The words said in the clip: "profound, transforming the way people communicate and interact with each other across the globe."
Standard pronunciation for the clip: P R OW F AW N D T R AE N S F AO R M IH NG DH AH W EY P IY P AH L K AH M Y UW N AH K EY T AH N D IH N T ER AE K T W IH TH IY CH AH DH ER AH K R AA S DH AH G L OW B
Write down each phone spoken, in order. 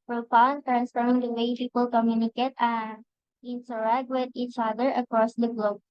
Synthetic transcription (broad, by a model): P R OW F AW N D T R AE N S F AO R IH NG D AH W EY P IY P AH L K AH M Y UW N AH K EY T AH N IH N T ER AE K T W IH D IY CH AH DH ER AH K R AA S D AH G L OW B